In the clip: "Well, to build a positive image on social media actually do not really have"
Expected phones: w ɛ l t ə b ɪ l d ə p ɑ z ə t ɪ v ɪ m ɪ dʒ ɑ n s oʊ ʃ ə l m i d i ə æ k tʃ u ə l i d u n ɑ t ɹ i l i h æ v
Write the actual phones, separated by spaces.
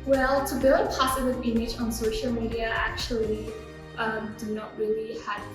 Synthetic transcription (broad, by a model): w ɛ l t ə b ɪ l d ə p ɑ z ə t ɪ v ɪ m ɪ dʒ ɑ n s oʊ ʃ ə l m i d i ə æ k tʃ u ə l i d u n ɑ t ɹ i l i h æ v